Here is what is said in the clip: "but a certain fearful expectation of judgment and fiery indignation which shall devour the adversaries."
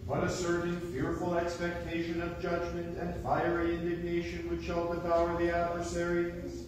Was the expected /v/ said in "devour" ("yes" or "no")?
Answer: no